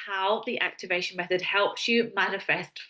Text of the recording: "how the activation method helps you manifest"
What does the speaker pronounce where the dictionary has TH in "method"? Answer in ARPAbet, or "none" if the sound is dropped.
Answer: TH